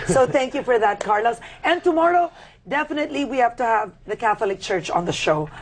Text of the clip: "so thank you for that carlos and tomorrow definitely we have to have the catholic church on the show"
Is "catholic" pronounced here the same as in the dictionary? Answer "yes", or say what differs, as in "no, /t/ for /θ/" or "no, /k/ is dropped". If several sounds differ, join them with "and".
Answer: yes